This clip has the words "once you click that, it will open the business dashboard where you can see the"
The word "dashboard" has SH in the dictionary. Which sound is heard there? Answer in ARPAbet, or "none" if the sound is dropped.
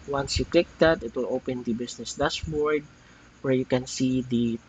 S